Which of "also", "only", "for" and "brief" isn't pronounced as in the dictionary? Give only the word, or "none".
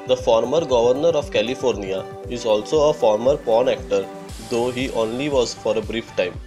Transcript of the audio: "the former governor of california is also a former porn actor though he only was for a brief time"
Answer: none